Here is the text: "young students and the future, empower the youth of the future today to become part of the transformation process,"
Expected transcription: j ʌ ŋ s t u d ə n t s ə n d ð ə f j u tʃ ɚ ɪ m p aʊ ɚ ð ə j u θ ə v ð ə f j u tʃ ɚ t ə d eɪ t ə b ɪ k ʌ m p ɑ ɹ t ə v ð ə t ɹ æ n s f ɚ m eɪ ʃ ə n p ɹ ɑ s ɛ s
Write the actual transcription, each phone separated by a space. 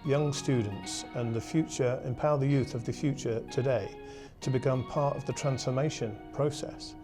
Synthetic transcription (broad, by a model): j ʌ ŋ s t u d n t s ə n ð ə f j u tʃ ɚ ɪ m p aʊ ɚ ð ə j u θ ə v ð ə f j u tʃ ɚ t ə d eɪ t ə b ɪ k ʌ m p ɑ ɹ t ə v ð ə t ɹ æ n s f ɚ m eɪ ʃ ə n p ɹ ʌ s ɛ s